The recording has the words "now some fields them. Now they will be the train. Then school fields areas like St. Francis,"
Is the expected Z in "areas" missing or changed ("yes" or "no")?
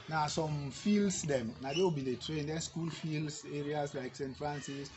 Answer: yes